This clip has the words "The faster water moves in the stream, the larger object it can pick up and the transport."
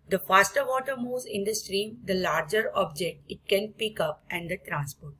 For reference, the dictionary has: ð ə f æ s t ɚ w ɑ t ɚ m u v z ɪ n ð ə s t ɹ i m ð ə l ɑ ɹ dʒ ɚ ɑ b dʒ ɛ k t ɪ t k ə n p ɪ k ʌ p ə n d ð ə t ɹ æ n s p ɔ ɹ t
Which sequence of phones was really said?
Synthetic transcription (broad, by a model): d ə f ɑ s t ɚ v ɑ t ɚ m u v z ɪ n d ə s t ɹ i m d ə l ɑ ɹ dʒ ɚ ɑ b dʒ ɛ k t ɪ t k ə n p ɪ k ʌ p ə n d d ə t ɹ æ n s p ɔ ɹ t